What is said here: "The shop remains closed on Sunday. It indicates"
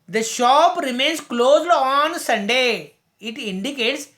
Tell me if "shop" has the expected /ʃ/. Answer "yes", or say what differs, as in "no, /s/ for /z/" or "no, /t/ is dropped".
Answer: yes